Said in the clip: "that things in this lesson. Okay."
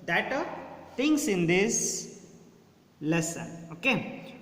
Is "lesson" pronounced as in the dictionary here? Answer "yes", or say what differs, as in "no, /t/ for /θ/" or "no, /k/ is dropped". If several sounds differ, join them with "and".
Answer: yes